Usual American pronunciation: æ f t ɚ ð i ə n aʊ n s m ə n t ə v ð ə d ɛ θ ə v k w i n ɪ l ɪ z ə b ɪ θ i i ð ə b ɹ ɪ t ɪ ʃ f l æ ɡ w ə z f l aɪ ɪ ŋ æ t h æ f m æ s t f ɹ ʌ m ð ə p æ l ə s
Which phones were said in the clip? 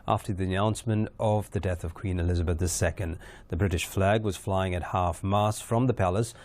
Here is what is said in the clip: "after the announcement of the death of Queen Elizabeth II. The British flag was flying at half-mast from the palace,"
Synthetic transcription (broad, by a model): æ f t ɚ ð i ə n aʊ n s m ə n t ə v ð ə d ɛ θ ə v k w i n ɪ l ɪ z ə b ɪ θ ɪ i ð ə b ɹ ɪ t ɪ ʃ f l æ ɡ w ə z f l aɪ ɪ ŋ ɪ t h æ f m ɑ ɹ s f ɹ ʌ m ð ə p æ l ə s